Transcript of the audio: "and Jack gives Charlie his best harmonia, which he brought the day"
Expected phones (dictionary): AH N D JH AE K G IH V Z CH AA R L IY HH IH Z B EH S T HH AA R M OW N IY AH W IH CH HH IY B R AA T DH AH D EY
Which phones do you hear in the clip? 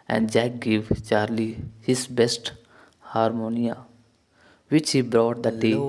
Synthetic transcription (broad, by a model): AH N D JH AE K G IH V CH AA R L IY HH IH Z B EH S T HH AA R M OW N IY AH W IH CH HH IY B R AA T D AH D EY